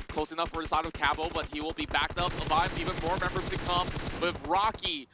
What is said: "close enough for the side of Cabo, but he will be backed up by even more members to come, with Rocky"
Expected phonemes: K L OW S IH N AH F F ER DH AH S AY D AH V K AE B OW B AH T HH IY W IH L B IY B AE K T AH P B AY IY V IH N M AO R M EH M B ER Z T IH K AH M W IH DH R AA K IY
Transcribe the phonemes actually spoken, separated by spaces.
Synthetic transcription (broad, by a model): K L OW S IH N AH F F ER DH AH S AY D AH V K AE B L B AH T HH IY W IH L B IY B AE K T AH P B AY IY V IH N M AO R M EH M B ER Z T IH K AH M W IH DH R AA K IY